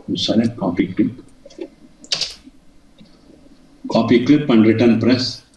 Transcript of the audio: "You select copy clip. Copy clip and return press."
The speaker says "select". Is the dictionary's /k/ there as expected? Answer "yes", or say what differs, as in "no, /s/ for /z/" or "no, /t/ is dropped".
no, /k/ is dropped